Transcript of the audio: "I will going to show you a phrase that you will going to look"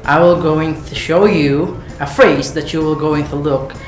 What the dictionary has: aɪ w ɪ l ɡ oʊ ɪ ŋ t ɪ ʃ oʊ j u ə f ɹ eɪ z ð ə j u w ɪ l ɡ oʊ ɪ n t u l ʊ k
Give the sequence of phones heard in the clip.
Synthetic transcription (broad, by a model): aɪ w ɪ l ɡ oʊ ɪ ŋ t ɪ ʃ oʊ j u ə f ɹ eɪ z ð ə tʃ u w ɪ l ɡ oʊ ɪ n t u l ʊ k